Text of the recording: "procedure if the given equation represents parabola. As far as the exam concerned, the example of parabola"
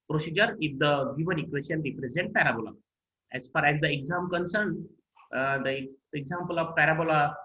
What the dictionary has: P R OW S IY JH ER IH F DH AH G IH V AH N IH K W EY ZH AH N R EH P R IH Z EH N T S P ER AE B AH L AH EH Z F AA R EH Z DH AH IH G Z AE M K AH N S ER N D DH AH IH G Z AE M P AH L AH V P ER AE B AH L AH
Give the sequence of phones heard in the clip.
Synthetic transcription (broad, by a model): P R OW S IY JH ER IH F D AH G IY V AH N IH K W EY SH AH N R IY P R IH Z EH N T P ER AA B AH L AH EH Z F AA R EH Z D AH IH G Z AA M K AH N S ER N D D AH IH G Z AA M P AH L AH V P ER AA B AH L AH